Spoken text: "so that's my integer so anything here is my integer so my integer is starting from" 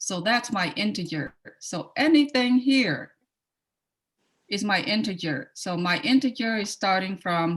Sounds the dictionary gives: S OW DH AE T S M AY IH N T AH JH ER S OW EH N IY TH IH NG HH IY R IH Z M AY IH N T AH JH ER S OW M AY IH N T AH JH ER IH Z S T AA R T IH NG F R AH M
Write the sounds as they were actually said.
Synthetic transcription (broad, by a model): S OW DH AE T S M AY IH N T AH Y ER S OW EH N IY TH IH NG HH IY R IH Z M AY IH N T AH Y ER S OW M AY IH N T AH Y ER IH Z S T AA R T IH NG F R AH M